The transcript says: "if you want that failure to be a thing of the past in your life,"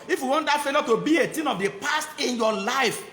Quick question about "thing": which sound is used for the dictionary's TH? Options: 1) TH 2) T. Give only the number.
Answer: 2